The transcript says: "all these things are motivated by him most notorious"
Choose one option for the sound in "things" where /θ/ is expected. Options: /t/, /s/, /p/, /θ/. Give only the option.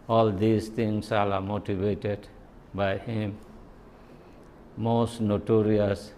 /t/